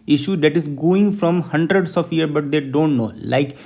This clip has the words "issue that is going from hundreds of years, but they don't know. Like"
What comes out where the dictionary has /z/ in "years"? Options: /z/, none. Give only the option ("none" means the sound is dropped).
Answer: none